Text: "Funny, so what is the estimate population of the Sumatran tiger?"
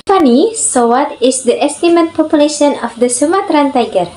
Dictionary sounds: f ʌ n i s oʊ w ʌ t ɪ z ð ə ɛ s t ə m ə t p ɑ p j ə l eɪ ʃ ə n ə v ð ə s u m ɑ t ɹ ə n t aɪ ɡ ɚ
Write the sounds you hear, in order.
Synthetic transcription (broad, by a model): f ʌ n i s oʊ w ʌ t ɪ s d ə ɛ s t ə m ə t p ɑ p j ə l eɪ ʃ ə n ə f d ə s u m ɑ t ɹ ə n t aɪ ɡ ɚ